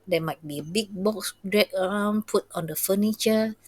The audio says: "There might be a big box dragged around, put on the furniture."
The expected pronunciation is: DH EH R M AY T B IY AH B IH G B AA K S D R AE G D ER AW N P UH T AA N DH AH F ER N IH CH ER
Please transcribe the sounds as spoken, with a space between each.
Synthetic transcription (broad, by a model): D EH M AY T B IY AH B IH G B AA K S D R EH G ER AW N P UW T AA N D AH F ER N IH CH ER